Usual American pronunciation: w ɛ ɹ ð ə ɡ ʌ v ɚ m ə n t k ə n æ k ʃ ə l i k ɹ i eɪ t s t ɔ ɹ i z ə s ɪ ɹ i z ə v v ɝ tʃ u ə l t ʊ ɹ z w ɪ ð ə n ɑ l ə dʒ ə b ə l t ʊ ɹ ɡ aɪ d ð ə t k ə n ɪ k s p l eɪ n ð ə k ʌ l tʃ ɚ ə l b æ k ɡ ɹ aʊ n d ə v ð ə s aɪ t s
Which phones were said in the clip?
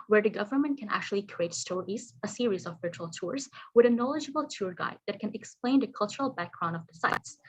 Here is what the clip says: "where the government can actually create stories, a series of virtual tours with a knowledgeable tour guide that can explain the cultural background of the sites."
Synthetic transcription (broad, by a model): w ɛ ɹ ð ə ɡ ʌ v ɚ m ə n t k ə n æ k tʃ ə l i k ɹ i eɪ t s t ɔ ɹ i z ə s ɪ ɹ i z ə v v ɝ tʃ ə l t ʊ ɹ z w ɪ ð ə n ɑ l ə dʒ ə b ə l t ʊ ɹ ɡ aɪ d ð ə t k ə n ɪ k s p l eɪ n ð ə k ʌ l tʃ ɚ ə l b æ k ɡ ɹ aʊ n ə v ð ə s aɪ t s